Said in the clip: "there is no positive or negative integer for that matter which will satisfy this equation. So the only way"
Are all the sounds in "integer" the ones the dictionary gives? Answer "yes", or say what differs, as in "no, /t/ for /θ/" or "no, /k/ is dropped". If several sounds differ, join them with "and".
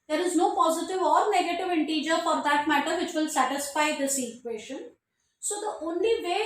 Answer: yes